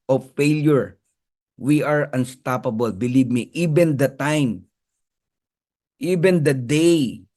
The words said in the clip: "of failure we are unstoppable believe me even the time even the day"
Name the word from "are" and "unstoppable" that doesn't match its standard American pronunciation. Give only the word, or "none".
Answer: none